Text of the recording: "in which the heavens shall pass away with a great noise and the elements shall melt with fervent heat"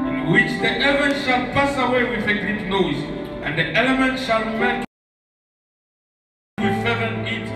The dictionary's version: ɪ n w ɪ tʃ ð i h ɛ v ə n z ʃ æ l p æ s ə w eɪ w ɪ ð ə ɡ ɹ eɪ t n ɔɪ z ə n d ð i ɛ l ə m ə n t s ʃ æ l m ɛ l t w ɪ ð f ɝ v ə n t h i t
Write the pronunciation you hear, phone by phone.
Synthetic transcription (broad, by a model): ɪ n w ɪ tʃ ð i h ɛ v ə n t ʃ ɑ l p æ s ə w eɪ w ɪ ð ə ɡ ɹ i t n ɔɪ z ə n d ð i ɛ l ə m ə n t ʃ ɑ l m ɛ n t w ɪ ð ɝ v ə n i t